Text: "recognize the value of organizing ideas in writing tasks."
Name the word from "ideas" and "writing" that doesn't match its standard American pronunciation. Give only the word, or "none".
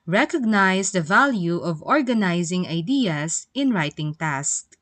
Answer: ideas